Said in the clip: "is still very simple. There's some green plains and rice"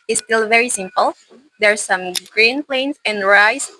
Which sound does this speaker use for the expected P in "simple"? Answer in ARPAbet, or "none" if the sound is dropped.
P